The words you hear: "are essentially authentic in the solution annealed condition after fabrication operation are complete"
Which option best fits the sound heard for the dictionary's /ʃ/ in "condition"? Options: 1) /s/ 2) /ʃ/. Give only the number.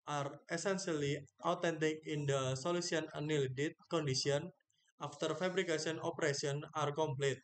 1